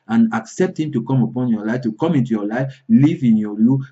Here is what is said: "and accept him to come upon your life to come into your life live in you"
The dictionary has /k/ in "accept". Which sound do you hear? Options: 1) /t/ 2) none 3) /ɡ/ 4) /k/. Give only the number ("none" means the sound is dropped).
4